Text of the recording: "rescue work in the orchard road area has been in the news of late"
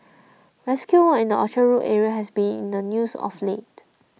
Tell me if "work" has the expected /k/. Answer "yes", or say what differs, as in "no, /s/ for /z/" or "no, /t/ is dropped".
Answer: no, /k/ is dropped